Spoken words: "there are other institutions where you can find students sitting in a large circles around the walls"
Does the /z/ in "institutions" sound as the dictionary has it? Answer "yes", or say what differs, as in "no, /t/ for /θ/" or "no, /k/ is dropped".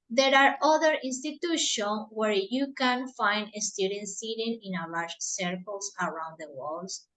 no, /z/ is dropped